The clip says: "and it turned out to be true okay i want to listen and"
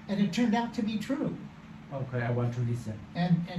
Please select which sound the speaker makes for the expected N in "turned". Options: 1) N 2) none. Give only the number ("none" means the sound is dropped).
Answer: 1